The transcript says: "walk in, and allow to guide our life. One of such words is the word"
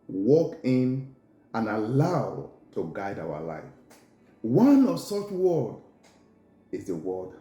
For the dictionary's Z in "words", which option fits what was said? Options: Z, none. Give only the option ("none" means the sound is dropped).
none